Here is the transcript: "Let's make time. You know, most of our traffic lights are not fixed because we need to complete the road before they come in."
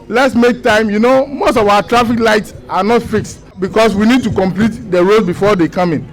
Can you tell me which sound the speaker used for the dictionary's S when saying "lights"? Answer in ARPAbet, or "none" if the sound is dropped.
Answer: S